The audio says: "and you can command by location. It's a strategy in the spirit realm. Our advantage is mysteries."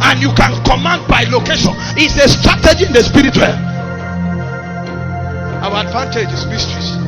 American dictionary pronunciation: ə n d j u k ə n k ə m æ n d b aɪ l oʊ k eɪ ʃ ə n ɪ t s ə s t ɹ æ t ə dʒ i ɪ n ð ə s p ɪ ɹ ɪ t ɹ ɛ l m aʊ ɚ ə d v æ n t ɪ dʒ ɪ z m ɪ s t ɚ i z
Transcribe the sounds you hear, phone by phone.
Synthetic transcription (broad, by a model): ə n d j u k ə n k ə m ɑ n d b aɪ l oʊ k eɪ ʃ ə n ɪ t s ə s t ɹ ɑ t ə dʒ i ɪ n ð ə s p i ɹ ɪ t w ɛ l aʊ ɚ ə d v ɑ n t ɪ dʒ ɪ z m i s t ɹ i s